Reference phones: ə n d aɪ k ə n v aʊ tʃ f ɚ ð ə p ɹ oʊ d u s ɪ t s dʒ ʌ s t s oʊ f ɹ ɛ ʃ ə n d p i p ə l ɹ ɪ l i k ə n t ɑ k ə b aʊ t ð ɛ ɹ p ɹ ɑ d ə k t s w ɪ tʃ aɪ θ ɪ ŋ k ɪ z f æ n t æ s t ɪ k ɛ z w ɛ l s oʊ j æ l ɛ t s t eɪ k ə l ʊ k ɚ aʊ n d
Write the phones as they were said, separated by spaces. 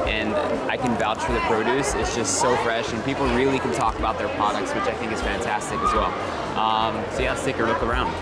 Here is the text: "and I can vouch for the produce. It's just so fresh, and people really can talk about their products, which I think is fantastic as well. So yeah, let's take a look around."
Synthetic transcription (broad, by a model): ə n aɪ k ə n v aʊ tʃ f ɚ ð ə p ɹ oʊ d u s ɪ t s dʒ ʌ s t s oʊ f ɹ ɛ ʃ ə n p i p l ɹ ɪ l i k ə n t ɑ k ə b aʊ t ð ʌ ɹ p ɹ ɑ d ə k t s w ɪ tʃ aɪ θ ɪ ŋ k ɪ z f æ n t æ s t ɪ k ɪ z w ɛ l s oʊ j æ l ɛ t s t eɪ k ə l ʊ k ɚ aʊ n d